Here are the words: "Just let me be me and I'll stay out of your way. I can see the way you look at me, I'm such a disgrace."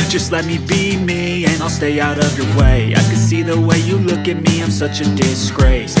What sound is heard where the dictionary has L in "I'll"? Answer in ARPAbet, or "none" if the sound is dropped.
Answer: L